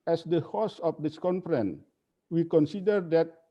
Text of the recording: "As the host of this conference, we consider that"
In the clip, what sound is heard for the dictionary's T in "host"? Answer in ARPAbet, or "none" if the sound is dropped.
none